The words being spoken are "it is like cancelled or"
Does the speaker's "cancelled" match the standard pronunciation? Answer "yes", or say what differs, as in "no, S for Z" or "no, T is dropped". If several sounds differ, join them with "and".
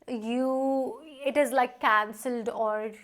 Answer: yes